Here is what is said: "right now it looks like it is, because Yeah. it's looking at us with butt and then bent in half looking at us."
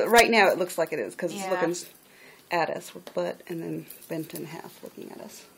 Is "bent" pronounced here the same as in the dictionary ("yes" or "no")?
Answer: yes